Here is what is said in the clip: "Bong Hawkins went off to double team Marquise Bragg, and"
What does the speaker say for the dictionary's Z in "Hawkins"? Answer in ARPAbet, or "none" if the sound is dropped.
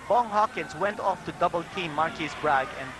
S